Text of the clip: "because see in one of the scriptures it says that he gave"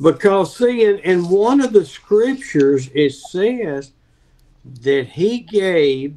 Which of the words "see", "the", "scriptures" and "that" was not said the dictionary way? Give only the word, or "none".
none